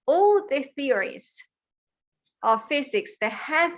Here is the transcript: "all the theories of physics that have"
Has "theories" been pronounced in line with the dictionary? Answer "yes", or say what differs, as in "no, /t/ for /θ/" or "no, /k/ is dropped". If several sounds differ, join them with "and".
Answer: yes